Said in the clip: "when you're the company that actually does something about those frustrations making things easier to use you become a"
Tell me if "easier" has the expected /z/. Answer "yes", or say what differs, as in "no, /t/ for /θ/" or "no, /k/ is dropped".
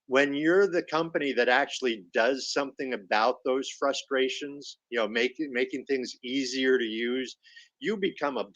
yes